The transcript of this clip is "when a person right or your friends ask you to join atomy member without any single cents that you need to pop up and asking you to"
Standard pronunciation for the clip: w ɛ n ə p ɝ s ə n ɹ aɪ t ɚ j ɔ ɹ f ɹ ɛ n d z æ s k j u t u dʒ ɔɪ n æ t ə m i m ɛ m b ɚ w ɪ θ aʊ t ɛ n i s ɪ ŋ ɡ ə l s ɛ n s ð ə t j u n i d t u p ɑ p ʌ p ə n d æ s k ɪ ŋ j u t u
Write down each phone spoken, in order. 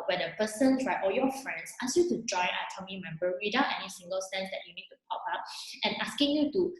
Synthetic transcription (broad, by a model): w ɛ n ə p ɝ s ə n ɹ aɪ t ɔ j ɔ f ɹ ɛ n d s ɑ s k j u t u dʒ ɔɪ n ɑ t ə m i m ɛ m b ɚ w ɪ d aʊ t ɛ n i s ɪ ŋ ɡ ə l s ɛ n s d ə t j u n i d t u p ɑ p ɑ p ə n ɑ s k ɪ ŋ j u t u